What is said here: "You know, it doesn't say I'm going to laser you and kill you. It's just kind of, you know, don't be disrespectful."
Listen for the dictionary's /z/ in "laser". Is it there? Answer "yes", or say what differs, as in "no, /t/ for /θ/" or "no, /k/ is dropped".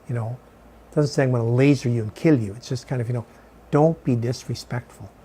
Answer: yes